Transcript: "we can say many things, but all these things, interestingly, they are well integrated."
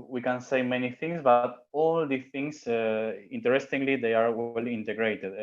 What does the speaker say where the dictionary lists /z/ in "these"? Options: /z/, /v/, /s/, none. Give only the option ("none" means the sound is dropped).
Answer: none